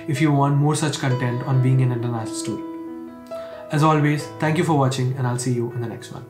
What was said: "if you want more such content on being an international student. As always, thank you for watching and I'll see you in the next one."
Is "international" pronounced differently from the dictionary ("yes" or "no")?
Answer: yes